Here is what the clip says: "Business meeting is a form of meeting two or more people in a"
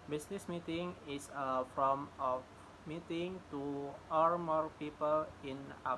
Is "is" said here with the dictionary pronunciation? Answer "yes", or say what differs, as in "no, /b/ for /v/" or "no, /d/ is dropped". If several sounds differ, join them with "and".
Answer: no, /s/ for /z/